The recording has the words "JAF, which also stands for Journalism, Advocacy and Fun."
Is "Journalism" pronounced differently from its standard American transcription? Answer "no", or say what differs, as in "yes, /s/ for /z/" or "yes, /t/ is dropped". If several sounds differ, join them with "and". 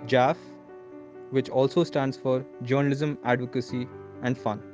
no